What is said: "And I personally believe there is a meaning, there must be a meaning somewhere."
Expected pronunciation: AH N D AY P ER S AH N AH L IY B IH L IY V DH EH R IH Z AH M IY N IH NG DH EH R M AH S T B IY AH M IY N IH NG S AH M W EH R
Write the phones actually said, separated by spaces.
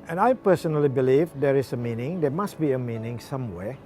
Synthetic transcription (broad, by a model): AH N AY P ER S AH N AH L IY B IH L IY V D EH R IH S AH M IY N IH NG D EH M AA S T B IY AH M IY N IH NG S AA M W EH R